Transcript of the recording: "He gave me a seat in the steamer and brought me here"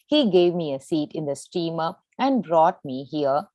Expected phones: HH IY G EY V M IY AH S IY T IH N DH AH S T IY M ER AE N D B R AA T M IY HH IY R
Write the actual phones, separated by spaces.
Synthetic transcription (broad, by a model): HH IY G EY V M IY AH S IY T IH N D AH S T IY M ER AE N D B R AA T M IY HH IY R